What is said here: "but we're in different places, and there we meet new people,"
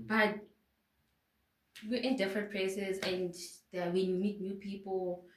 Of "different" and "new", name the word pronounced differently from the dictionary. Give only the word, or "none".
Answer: none